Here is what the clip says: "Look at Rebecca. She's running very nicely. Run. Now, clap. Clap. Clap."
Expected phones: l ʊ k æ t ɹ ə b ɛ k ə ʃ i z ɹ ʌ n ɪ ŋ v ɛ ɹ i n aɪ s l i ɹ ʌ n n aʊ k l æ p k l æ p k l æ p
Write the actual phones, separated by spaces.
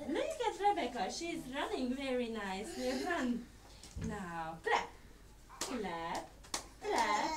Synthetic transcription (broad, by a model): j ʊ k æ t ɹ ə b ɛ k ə ʃ i z ɹ ʌ n ɪ ŋ v ɛ ɹ i n aɪ s i ɹ ʌ n n aʊ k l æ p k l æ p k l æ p